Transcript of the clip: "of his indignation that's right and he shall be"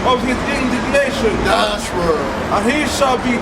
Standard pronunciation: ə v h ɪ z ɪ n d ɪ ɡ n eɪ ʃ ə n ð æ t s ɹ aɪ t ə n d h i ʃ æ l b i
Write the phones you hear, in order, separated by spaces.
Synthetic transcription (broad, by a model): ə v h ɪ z ɪ n d ɪ ɡ n eɪ ʃ ə n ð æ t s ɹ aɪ ə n h i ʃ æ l b i